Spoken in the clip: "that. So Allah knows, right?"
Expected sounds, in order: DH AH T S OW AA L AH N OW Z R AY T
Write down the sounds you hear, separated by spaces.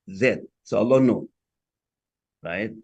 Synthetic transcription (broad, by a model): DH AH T S OW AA L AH N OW R AY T